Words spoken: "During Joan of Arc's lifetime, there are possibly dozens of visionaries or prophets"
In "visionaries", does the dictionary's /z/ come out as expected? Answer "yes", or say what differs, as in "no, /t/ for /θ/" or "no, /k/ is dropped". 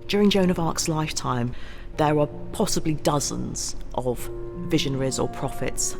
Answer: yes